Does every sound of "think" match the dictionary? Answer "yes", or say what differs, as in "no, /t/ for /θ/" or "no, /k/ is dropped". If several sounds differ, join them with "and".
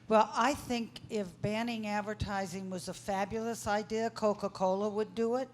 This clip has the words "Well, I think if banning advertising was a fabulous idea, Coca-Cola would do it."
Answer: yes